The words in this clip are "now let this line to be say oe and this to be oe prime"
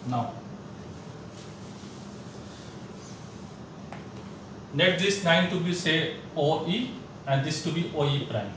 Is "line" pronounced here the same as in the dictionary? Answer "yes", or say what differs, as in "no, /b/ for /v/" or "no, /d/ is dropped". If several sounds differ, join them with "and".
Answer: no, /n/ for /l/